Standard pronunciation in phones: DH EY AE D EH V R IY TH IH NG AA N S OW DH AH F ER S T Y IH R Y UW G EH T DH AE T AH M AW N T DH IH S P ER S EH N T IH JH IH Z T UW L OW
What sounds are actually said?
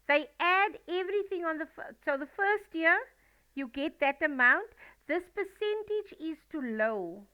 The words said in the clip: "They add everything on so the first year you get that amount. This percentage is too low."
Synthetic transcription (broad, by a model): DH EY AE D EH V R IY TH IH NG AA N S OW DH AH F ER S T Y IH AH Y UW G EH T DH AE T AH M AW N T DH IH S P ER S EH N T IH JH IH Z T UW L OW